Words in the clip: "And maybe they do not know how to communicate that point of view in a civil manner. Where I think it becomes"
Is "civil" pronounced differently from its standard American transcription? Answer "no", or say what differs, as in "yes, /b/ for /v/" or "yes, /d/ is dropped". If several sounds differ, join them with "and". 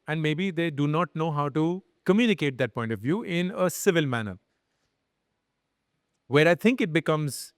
no